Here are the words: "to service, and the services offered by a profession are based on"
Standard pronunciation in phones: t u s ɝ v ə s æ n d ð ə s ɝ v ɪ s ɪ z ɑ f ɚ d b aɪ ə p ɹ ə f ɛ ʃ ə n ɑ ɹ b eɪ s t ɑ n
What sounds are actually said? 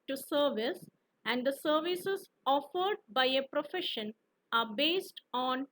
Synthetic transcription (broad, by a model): t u s ɝ v ə s æ n d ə s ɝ v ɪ s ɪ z ɑ f ɚ d b aɪ ə p ɹ ə f ɛ ʃ ə n ɑ ɹ b eɪ s t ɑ n